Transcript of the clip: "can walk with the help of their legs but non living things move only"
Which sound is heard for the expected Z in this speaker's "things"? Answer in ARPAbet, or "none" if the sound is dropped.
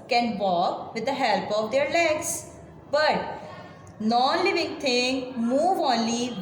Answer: none